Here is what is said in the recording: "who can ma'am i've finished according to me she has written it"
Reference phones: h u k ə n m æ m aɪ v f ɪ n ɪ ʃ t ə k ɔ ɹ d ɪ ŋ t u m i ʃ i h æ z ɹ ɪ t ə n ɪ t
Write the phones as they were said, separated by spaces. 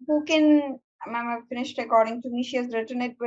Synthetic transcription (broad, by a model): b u k ə n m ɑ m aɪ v f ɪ n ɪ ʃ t ə k ɔ ɹ d ɪ ŋ t u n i ʃ i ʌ s ɹ ɪ t ə n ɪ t